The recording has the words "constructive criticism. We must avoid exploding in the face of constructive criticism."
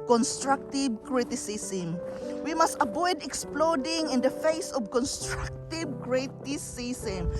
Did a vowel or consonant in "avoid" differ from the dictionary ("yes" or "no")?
yes